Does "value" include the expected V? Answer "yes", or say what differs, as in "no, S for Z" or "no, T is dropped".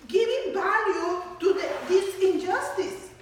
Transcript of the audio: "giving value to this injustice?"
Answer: no, B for V